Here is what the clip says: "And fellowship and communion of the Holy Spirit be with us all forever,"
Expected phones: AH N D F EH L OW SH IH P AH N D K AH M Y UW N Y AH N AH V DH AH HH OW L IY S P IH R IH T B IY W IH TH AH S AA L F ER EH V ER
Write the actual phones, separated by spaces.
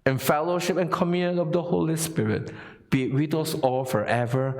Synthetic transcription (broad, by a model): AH N F EH L OW SH IH P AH N K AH M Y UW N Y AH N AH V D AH HH OW L IY S P IH R IH T B IY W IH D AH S AA L F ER EH V ER